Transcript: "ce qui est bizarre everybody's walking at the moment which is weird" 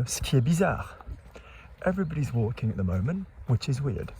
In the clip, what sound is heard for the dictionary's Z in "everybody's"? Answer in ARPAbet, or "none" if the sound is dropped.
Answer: Z